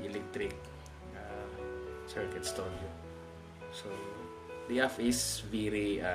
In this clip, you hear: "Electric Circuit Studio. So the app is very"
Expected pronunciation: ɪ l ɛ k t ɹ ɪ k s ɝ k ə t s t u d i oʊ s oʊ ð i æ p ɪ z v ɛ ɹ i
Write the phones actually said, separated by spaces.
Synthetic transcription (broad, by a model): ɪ l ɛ k t ɹ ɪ k s ɝ k ə t s t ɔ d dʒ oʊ s oʊ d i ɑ f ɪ s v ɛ ɹ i